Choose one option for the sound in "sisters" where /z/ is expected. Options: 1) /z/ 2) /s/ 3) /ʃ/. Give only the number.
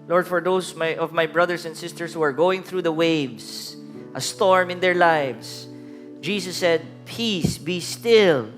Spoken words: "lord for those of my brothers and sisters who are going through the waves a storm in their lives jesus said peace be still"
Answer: 2